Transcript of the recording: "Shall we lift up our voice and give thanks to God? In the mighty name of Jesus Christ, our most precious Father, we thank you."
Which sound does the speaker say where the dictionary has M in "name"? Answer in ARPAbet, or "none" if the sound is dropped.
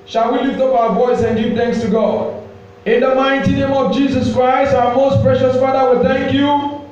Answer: M